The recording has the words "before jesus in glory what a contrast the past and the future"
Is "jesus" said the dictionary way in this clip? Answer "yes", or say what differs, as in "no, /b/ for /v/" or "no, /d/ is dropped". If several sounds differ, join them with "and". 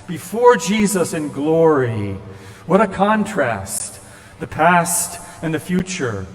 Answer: yes